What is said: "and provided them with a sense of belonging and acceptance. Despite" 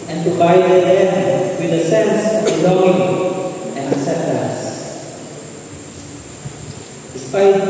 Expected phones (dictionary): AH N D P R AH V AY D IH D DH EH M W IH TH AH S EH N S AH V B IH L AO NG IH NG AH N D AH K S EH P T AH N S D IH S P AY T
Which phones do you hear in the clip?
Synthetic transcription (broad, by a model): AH N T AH B AY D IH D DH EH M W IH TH AH S EH N S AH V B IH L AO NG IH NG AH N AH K S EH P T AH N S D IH S P AY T